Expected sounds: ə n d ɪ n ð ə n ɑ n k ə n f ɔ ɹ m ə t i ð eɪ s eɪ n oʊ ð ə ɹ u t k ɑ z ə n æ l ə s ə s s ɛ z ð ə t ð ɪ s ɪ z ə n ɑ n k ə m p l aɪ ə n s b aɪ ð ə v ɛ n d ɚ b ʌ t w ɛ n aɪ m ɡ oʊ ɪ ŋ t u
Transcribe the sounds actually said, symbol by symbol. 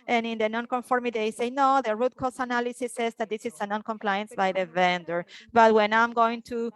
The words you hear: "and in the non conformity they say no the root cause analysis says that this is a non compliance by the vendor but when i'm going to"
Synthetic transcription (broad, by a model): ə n ɪ n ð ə n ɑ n k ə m f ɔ ɹ m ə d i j s eɪ n oʊ ð ə ɹ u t k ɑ s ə n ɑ l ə s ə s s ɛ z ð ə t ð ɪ s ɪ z ə n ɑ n k ə m p l aɪ ə n s b aɪ ð ə v ɛ n d ɚ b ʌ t w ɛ n aɪ m ɡ oʊ ɪ ŋ t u